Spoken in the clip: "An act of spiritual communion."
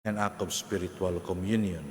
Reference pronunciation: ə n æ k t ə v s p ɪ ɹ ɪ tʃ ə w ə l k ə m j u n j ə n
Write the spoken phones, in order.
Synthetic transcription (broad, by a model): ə n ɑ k ə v s p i ɹ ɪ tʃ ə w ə l k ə m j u n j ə n